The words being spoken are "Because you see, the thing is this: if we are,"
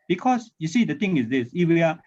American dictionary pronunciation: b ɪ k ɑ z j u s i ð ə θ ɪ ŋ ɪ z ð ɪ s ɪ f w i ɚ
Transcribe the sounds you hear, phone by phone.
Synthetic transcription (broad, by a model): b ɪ k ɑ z j u s i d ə t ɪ ŋ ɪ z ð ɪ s ɪ f w i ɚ